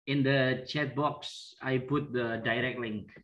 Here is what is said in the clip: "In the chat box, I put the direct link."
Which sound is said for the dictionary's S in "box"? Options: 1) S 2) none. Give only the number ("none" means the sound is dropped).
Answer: 1